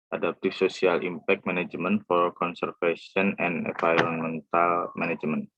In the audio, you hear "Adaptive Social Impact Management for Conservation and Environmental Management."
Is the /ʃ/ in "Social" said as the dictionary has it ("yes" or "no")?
no